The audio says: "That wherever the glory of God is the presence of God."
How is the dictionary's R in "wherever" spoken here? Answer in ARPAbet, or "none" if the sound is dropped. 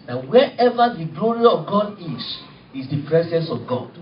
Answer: none